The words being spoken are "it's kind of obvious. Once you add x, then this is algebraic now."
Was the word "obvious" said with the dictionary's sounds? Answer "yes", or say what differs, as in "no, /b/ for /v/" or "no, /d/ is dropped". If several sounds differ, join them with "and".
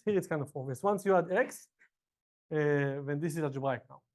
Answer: no, /b/ is dropped